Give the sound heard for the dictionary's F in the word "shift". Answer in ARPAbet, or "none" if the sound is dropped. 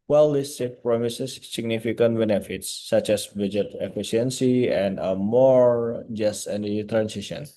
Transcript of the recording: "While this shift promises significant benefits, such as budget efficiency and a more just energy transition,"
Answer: none